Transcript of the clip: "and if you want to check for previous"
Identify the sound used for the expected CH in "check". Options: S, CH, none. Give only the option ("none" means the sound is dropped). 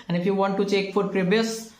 CH